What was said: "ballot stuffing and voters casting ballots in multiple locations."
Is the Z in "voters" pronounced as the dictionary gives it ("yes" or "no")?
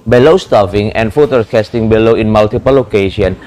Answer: no